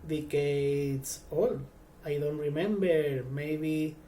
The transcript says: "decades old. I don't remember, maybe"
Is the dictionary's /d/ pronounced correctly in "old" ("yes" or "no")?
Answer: no